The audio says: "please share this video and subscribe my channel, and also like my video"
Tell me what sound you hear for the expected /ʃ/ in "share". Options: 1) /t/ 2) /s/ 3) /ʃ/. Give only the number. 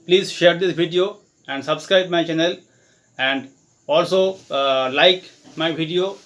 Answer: 3